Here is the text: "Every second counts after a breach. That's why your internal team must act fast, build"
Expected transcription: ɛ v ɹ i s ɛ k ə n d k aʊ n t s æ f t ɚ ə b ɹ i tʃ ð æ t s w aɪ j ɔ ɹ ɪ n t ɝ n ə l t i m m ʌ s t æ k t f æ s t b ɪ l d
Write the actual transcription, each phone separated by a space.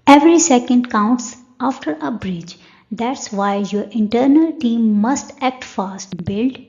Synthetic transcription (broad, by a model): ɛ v ɹ i s ɛ k ə n d k aʊ n t s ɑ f t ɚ ə b ɹ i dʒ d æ t s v aɪ j ɔ ɹ ɪ n t ɝ n ə l t i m m ʌ s t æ k t f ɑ s t b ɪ l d